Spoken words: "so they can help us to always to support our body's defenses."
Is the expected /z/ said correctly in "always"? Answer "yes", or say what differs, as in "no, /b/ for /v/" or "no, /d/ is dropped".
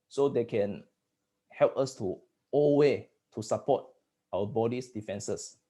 no, /z/ is dropped